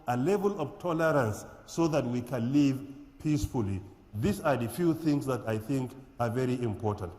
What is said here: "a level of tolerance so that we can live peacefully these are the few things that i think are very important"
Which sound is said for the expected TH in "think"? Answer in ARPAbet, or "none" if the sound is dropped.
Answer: TH